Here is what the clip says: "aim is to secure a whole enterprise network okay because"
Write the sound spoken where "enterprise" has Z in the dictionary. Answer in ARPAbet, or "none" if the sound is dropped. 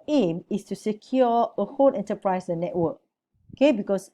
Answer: S